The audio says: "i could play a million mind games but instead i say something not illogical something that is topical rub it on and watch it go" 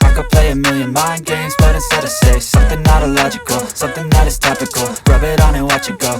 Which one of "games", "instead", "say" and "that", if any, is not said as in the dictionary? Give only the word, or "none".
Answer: instead